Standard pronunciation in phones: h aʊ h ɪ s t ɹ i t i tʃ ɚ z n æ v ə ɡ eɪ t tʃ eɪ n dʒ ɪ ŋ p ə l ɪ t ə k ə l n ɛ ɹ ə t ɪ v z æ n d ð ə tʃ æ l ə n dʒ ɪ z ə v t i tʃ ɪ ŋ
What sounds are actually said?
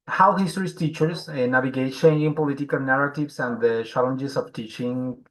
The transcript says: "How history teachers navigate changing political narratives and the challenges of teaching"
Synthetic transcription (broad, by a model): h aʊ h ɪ s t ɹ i t i tʃ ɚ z n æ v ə ɡ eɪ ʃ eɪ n ɪ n p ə l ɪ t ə k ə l n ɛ ɹ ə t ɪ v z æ n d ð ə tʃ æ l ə n dʒ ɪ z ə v t i tʃ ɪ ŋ